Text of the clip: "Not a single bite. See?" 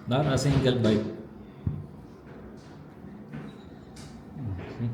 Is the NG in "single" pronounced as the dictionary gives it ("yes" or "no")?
no